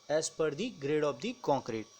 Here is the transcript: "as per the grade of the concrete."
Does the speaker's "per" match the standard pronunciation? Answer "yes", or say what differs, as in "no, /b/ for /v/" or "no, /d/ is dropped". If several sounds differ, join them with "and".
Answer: yes